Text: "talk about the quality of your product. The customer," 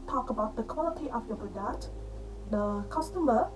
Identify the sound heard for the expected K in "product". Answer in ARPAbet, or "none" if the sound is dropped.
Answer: none